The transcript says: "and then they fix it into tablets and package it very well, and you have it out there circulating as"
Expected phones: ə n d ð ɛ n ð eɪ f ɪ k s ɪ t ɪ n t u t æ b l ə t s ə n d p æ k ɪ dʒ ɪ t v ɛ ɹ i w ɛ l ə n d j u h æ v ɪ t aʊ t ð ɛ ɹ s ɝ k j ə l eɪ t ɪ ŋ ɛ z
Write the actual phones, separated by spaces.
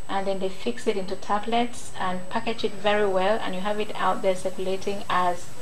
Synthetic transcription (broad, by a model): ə n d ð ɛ n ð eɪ f ɪ k s ɪ t ɪ n t u t æ b l ə t s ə n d p æ k ɪ dʒ ɪ t v ɛ ɹ i w ɛ l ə n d j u h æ v ɪ t aʊ t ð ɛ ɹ s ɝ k j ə l eɪ t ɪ ŋ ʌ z